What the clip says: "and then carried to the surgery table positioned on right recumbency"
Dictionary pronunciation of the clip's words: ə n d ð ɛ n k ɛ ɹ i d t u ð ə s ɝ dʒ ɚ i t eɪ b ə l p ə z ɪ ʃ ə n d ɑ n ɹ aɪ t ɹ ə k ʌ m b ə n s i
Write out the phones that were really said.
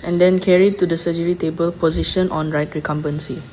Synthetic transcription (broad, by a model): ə n d ɛ n k ɛ ɹ i d t u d ə s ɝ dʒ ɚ i t eɪ b ə l p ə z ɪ ʃ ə n ɑ n ɹ aɪ t ɹ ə k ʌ m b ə n s i